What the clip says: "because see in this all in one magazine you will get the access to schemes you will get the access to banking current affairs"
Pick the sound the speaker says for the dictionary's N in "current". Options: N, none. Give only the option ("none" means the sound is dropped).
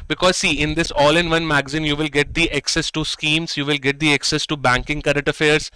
none